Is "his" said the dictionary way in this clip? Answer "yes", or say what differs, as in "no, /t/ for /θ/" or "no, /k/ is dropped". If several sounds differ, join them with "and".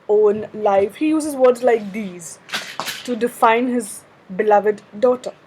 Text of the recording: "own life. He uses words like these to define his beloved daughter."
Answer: yes